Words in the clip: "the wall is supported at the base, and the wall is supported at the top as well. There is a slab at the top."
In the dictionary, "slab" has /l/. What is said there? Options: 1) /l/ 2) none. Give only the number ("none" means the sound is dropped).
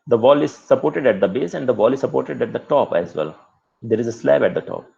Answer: 1